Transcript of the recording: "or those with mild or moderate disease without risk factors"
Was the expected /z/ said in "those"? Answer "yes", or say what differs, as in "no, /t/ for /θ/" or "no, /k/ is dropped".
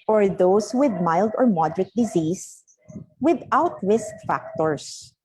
no, /s/ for /z/